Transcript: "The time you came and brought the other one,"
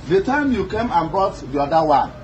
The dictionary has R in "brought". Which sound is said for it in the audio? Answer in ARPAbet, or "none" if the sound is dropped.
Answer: none